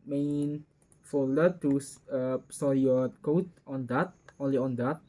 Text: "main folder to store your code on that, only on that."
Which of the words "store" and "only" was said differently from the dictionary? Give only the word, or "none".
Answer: store